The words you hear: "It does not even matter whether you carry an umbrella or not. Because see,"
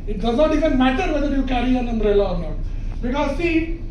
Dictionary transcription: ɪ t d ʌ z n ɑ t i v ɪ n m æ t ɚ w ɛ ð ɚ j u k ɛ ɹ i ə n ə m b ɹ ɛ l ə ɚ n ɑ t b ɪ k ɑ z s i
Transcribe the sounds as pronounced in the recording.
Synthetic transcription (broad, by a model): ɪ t d ʌ z n ɑ t i v ɪ n m æ t ɚ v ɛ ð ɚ j u k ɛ ɹ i ə n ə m ɹ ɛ l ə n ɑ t b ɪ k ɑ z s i